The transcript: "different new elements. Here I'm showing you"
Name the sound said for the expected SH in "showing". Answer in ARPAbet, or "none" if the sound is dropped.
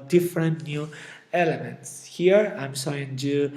S